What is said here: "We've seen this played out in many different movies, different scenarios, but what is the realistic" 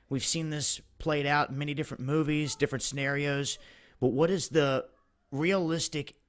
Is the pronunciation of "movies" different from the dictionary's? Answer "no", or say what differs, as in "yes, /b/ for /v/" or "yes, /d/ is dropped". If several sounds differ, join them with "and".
no